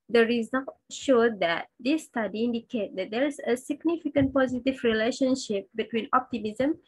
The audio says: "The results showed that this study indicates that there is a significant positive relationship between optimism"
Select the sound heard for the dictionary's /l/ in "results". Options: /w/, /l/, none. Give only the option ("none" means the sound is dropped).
none